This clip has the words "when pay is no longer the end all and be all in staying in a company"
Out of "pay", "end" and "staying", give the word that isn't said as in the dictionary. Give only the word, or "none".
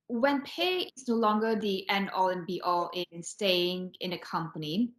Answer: end